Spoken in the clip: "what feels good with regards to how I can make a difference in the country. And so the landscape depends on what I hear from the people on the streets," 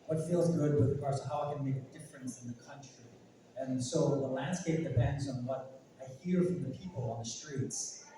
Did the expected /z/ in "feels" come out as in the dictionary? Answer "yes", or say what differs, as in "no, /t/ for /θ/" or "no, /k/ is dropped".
yes